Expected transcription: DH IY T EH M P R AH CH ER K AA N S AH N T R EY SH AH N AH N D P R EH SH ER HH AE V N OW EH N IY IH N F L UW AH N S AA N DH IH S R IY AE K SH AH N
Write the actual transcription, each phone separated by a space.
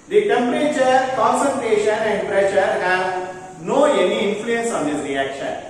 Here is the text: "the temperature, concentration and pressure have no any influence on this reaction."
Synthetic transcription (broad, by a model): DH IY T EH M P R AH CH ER K AA N S AH N T R EY SH AH N AH N D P R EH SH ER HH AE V N OW EH N IY IH N F L UW AH N S AA N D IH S R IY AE K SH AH N